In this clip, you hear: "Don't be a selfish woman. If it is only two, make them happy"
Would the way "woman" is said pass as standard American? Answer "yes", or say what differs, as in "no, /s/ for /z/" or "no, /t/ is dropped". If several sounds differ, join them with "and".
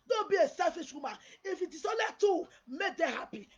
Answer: no, /n/ is dropped